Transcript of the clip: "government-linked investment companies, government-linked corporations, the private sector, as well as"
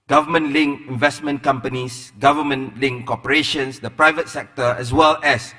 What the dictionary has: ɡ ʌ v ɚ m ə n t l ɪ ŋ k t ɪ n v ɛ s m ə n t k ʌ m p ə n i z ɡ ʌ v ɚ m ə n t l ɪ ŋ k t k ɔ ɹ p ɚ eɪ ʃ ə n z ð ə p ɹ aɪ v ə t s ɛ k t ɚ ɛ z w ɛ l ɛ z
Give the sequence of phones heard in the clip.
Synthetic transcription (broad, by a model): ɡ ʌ v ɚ m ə n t l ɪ ŋ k ɪ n v ɛ s m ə n k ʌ m p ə n i s ɡ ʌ v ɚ m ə n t l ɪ ŋ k k ɔ p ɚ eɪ ʃ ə n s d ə p ɹ aɪ v ə t s ɛ k t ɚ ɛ s w ɛ l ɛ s